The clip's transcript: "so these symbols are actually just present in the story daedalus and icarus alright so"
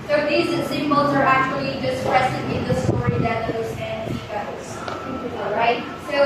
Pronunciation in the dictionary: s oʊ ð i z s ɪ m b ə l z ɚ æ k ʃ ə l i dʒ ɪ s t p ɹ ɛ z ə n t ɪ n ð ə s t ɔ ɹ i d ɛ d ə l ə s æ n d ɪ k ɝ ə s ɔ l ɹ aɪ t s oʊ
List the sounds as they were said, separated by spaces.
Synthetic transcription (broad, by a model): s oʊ ð i z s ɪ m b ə l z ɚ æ k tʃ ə l i dʒ ɪ s t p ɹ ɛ s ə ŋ ɪ n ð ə s t ɔ ɹ i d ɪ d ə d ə s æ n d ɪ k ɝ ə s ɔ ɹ aɪ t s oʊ